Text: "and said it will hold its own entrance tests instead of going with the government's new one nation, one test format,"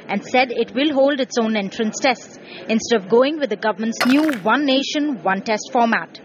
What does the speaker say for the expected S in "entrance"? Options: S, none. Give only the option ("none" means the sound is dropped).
S